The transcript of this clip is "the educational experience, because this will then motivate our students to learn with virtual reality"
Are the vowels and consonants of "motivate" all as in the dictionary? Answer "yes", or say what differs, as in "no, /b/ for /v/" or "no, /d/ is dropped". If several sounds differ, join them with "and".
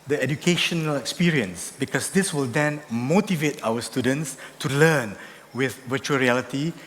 yes